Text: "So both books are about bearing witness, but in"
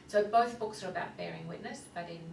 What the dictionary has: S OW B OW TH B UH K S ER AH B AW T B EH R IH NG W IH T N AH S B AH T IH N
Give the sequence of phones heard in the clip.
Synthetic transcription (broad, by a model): S OW B OW TH B UH K S ER AH B AW T B EH R IH NG W IH T N AH S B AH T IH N